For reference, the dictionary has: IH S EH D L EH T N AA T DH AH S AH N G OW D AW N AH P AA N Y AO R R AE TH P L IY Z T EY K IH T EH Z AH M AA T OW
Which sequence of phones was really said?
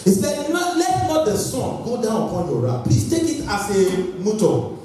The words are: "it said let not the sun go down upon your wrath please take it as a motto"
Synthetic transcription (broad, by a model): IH S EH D L EH T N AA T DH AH S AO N G OW D AW N AH P AA N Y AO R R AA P IY T EY K IH T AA S AH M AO T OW